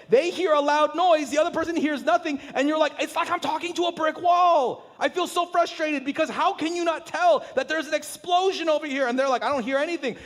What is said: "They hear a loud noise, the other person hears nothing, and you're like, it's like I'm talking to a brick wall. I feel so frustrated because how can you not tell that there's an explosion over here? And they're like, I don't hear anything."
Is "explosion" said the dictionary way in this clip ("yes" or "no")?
yes